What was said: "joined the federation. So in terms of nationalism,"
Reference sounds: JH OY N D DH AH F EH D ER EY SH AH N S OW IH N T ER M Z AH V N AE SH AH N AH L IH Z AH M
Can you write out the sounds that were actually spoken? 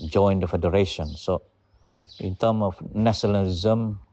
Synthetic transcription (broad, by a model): JH OY N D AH F EH D ER EY SH AH N S OW IH N T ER M AH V N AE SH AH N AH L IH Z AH M